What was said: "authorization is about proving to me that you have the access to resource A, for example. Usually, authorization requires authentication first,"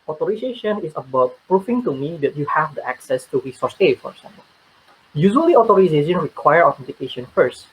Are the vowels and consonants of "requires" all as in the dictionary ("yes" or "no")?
no